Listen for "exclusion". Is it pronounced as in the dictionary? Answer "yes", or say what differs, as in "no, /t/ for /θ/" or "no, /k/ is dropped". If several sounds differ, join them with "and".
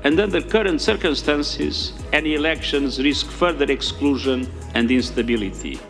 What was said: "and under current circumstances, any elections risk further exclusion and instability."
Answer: yes